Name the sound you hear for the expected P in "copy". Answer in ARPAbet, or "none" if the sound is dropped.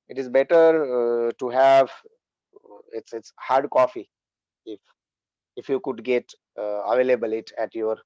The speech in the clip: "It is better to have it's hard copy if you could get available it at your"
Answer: F